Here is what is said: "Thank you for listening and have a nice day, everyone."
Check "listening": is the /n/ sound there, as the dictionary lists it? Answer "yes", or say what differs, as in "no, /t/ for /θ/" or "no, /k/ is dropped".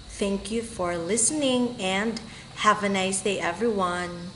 yes